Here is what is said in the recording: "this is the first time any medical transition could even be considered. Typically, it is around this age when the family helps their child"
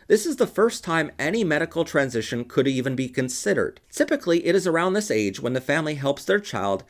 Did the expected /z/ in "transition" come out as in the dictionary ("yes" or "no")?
yes